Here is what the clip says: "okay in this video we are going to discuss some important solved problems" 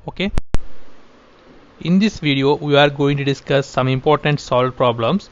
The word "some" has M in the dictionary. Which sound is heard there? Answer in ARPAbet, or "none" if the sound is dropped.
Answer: M